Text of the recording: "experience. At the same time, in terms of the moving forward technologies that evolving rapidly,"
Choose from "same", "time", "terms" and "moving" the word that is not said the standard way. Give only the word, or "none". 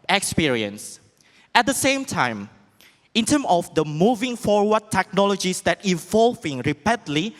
terms